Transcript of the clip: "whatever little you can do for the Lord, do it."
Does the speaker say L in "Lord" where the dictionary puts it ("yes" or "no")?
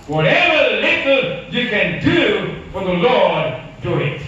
yes